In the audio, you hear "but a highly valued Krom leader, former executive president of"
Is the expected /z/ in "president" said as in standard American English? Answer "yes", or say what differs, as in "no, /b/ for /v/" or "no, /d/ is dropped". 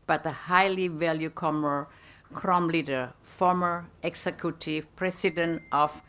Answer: no, /s/ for /z/